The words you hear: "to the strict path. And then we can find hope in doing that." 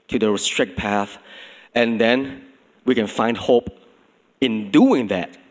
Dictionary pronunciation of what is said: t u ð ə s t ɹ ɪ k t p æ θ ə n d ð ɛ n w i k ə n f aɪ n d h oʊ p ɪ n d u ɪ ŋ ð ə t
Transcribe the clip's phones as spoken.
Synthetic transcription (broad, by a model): t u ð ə s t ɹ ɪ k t p æ θ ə n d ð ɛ n w i k ə n f aɪ n d h oʊ p ɪ n d u ɪ ŋ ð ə t